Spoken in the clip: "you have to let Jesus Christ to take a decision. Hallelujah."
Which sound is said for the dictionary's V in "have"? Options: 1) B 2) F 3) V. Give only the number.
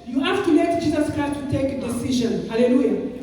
2